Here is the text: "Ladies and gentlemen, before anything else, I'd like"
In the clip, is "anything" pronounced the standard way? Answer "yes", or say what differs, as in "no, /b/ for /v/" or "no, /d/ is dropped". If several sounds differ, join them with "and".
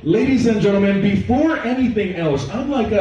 yes